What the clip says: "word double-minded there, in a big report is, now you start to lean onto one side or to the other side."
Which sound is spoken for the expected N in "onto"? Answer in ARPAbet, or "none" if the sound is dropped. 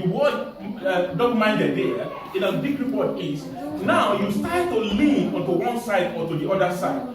none